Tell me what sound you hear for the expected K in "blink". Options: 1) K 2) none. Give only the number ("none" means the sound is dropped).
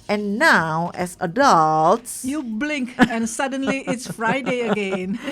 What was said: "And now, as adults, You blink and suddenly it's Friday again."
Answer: 1